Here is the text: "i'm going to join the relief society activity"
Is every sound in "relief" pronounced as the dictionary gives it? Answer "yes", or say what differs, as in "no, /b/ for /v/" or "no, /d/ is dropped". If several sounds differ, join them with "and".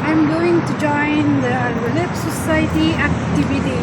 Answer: no, /p/ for /f/